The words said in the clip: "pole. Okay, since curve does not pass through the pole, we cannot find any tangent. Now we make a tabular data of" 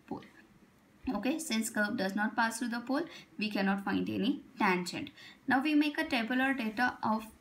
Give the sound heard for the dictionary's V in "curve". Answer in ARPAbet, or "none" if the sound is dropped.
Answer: B